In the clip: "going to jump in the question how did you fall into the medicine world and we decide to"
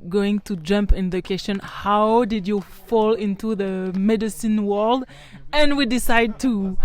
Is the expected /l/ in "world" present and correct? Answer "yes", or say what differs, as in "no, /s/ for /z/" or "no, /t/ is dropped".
yes